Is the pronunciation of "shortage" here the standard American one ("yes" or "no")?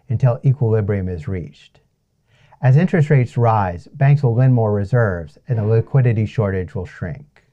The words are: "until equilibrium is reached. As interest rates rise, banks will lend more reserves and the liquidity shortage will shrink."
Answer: yes